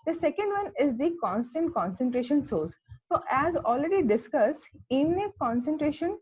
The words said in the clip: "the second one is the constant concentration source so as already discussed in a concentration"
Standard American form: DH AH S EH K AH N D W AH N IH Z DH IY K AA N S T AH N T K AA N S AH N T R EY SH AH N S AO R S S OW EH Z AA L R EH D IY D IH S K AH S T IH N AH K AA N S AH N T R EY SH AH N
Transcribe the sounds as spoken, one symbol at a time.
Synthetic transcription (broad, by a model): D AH S EH K AH N D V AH N IH Z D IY K AA N S T AH N T K AA N S AH N T R EY SH AH N S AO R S S OW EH Z AA L R EH D IY D IH S K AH S IH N AH K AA N S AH N T R EY SH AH N